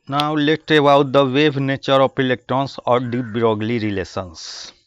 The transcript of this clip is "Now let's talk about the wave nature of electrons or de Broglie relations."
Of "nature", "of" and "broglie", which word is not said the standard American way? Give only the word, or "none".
of